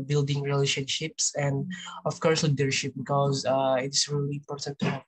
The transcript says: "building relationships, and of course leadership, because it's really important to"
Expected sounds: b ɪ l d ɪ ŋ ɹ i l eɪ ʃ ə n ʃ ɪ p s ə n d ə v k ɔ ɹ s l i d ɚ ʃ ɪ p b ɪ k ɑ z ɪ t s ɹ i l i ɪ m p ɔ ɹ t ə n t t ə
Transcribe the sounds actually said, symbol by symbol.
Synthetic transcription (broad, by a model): b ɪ l d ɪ ŋ ɹ i l eɪ ʃ ə n ʃ ɪ p s ə n d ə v k ɔ ɹ s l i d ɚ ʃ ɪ p b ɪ k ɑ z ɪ t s ɹ i l i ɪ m p ɔ ɹ t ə n t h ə